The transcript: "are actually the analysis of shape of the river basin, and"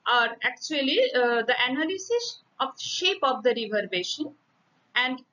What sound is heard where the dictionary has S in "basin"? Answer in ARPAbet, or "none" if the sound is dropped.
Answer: SH